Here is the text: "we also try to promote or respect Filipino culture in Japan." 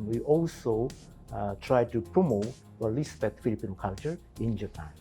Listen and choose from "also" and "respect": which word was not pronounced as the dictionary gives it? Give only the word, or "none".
respect